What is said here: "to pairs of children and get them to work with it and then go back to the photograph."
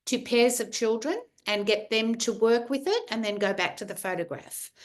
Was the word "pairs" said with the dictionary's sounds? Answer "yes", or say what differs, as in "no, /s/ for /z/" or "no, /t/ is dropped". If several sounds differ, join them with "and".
yes